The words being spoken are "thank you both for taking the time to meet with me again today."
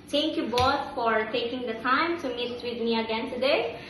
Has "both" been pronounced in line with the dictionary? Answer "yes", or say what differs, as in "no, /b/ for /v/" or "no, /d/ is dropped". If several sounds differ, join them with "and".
no, /t/ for /θ/